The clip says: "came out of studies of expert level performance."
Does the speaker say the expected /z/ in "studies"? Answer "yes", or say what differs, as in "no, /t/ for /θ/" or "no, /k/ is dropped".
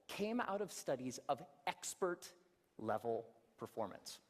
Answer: yes